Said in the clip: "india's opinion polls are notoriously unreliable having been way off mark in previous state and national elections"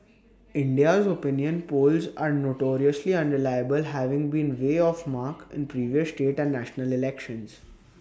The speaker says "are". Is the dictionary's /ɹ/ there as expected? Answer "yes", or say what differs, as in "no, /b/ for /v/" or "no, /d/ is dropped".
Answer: yes